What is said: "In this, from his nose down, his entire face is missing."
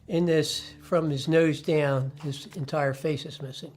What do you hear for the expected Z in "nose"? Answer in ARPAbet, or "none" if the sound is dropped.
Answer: Z